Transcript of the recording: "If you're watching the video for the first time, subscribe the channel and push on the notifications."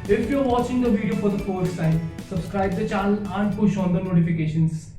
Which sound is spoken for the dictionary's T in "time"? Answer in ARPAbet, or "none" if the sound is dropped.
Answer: S